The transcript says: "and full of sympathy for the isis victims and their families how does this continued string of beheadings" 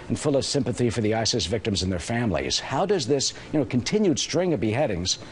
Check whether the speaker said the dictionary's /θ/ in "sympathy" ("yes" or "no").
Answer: yes